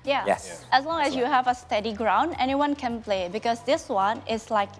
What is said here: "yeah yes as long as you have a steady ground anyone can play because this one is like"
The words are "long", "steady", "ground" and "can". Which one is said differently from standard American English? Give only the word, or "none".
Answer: none